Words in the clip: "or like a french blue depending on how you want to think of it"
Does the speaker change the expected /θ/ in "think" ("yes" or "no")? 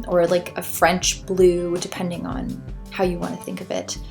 no